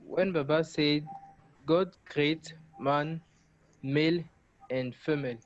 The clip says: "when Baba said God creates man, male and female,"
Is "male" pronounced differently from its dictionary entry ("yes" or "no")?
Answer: no